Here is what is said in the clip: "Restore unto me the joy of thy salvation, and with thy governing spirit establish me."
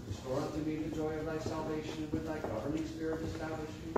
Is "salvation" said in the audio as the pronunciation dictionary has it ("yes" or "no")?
no